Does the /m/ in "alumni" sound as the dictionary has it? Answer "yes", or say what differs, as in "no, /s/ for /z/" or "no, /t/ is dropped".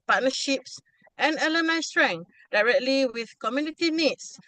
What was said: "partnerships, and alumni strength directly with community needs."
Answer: no, /m/ is dropped